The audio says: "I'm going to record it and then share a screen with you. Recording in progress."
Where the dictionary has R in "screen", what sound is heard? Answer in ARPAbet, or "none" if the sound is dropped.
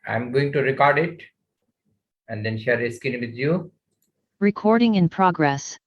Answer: none